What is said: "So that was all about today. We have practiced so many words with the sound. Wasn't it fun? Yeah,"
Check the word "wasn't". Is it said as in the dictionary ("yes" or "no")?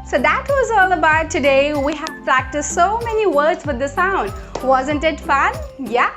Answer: yes